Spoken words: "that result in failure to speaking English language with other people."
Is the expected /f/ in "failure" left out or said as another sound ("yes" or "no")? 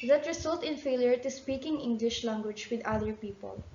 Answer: no